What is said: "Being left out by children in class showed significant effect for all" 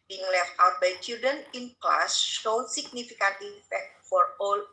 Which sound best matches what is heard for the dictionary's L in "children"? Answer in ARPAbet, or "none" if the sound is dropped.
none